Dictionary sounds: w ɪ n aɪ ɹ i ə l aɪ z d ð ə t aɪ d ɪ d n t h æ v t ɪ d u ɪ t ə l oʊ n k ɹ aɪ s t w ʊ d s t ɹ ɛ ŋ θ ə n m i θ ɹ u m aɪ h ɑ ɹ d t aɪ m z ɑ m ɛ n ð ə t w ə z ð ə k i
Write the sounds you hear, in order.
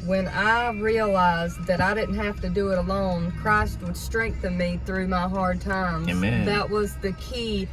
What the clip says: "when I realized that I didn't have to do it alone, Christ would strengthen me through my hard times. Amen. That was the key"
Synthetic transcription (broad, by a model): w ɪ n aɪ ɹ i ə l aɪ z ð ə t aɪ d ɪ d n t h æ f t ɪ d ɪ ɪ t ə l oʊ n k ɹ aɪ s t w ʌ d s t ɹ ɛ ŋ θ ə n m i θ ɹ u m aɪ h ɑ ɹ d t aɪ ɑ m ð ə t w ə z ð ə k i